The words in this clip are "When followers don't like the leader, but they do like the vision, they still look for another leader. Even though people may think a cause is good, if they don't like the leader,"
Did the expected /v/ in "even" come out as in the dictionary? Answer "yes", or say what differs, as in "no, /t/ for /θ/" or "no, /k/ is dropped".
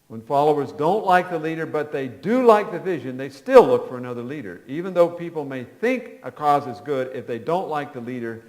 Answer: yes